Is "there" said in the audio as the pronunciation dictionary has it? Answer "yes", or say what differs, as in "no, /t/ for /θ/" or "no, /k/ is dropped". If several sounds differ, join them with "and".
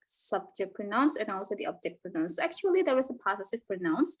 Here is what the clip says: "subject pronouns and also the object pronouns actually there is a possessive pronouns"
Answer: no, /w/ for /ɹ/